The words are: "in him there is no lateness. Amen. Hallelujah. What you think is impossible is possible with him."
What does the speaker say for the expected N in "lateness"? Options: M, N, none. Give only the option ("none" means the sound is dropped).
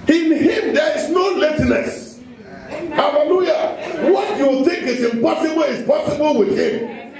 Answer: none